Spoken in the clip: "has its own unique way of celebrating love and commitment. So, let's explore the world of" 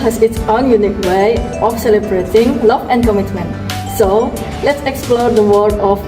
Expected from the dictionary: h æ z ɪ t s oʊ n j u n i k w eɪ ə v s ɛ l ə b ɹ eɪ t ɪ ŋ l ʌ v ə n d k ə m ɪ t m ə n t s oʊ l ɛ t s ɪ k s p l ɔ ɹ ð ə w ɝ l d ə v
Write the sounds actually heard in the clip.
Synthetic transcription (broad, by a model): h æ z ɪ t s oʊ n j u n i k w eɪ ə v s ɛ l ə b ɹ eɪ t ɪ ŋ l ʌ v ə n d k ə m ɪ t m ə n t s oʊ l ɛ t s ɪ k s p l ɔ ɹ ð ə w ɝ d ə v